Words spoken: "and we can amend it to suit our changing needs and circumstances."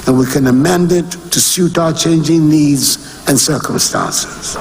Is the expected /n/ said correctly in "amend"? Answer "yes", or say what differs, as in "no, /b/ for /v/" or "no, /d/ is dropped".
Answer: yes